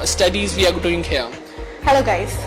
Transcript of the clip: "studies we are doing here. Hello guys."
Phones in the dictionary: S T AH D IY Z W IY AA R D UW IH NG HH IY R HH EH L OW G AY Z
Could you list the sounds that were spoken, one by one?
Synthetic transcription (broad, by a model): S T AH D IY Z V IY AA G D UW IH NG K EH L HH EH L OW G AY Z